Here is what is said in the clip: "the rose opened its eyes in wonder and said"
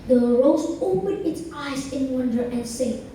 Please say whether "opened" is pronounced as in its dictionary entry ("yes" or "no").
no